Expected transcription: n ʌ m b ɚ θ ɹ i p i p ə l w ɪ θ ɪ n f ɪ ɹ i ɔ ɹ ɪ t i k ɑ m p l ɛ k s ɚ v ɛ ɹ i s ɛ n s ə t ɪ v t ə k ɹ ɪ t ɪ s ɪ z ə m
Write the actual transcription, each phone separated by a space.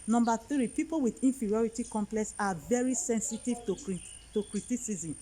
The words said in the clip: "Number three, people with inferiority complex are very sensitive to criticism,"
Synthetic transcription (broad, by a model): n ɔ m b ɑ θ ɹ i p i p ə l w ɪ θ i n f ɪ ɹ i ɔ ɹ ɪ t i k ɑ m p l ɛ k s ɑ v ɛ ɹ i s ɛ n s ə t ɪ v t ə k ɹ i t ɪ s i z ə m